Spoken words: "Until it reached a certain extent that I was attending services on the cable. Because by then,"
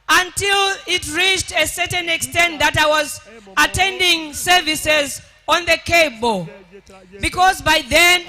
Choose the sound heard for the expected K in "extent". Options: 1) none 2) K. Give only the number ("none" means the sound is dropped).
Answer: 2